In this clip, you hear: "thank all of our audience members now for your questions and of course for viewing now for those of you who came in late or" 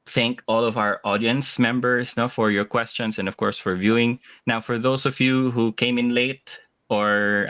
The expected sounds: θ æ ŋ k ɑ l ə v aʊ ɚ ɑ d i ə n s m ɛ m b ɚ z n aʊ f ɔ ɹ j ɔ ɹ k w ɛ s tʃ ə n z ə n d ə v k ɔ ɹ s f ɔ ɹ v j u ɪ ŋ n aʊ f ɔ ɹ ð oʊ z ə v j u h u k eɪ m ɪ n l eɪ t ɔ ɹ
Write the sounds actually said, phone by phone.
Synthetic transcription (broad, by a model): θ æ ŋ k ɑ l ə v aʊ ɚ ɑ d i ə n s m ɛ m b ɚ s n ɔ f ɔ ɹ j ɔ ɹ k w ɛ s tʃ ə n s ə n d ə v k ɔ ɹ s f ɔ ɹ v j u ɪ ŋ n aʊ f ɔ ɹ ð oʊ s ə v j u h u k eɪ m ɪ n l eɪ t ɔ ɹ